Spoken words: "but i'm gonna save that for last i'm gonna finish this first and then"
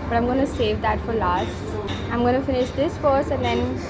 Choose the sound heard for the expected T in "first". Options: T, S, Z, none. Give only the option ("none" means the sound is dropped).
none